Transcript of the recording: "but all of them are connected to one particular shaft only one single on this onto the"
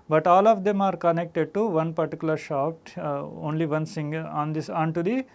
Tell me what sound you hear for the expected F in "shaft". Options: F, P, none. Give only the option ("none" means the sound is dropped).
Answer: P